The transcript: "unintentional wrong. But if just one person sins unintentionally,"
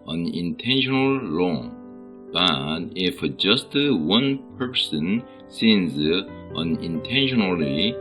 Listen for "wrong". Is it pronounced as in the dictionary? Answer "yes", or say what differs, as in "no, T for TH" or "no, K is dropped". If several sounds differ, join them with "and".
no, L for R